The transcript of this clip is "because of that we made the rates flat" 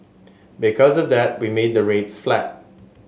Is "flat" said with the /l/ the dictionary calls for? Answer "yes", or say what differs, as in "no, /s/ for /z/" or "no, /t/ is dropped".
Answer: yes